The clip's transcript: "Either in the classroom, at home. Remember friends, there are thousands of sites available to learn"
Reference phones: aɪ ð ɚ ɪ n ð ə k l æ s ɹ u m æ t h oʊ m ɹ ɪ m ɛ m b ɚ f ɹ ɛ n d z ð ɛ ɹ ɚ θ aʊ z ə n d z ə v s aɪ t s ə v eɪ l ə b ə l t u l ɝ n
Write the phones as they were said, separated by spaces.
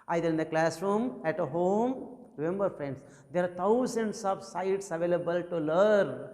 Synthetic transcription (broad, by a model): aɪ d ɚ ɪ n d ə k l æ s ɹ u m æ t h oʊ m ɹ ɪ m ɛ m b ɚ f ɹ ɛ n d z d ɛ ɹ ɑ t aʊ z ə n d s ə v s aɪ t s ə v eɪ l ə b ə l t u l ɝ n